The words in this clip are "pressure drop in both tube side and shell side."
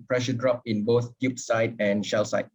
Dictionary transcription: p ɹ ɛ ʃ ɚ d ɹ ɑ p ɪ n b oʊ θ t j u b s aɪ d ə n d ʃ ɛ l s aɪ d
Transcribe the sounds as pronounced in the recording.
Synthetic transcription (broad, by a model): p ɹ ɛ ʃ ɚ d ɹ ɑ p ɪ n b oʊ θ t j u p s aɪ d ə n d ʃ ɛ l s aɪ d